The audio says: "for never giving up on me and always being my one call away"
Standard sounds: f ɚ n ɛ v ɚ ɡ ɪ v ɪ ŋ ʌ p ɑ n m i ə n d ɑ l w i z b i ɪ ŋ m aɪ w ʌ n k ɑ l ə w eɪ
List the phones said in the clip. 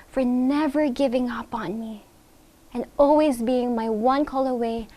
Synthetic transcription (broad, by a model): f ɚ n ɛ v ɚ ɡ ɪ v ɪ ŋ ʌ p n m i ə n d ɑ l w i z b i ɪ ŋ m aɪ w ʌ n k ɑ l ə w eɪ